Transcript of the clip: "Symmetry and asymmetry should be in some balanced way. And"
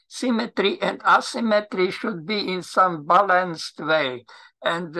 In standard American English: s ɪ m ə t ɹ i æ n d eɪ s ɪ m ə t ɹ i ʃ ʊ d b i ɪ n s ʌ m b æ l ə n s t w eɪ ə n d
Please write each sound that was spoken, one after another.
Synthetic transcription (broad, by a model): s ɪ m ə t ɹ i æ n d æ s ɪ m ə t ɹ i ʃ ʊ d b i ɪ n s ʌ m b æ l ə n s t w eɪ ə n d